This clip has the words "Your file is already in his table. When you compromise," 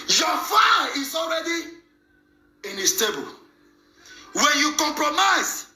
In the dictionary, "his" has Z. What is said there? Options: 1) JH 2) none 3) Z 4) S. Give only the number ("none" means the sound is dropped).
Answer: 4